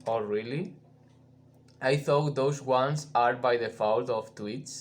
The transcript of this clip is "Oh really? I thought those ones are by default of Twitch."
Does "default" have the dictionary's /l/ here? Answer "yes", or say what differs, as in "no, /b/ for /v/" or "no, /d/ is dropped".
no, /w/ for /l/